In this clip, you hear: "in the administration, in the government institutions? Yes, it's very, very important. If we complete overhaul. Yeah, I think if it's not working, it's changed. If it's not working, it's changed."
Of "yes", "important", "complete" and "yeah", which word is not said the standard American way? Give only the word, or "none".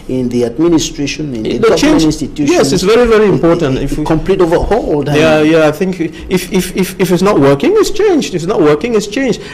none